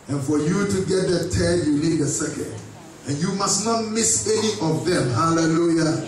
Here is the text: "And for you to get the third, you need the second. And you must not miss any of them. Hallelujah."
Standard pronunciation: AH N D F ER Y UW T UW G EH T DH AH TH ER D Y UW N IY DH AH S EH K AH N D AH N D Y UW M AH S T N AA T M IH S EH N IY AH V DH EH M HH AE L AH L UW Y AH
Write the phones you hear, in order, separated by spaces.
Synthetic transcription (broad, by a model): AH N F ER Y UW T UW G EH T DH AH T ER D Y UW N IY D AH S EH K AH N D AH N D Y UW M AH S N AA T M IH S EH N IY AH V DH EH M HH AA L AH L UW Y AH